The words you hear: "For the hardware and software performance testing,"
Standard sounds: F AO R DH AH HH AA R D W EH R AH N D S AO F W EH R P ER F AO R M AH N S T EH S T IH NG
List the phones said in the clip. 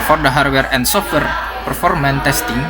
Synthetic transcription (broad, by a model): F AO R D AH HH AA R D W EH R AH N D S AO F W EH R P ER F AO R M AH N T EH S T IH NG